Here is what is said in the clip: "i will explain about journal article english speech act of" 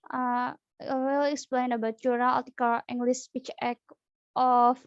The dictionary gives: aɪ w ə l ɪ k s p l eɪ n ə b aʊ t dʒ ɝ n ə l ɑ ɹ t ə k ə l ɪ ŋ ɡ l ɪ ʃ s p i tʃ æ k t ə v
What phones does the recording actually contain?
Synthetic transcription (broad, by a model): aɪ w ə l ɪ k s p l eɪ n ə b aʊ t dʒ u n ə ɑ l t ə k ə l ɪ ŋ ɡ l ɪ s p i tʃ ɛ k t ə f